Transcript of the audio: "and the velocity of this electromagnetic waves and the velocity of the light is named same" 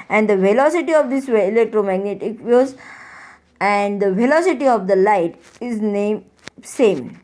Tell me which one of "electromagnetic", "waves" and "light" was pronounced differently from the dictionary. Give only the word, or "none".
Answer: waves